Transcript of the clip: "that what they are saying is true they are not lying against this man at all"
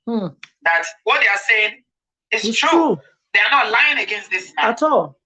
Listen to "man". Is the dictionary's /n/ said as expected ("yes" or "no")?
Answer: no